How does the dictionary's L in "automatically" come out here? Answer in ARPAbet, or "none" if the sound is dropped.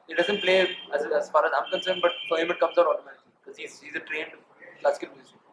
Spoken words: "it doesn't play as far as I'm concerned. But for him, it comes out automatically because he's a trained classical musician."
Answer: none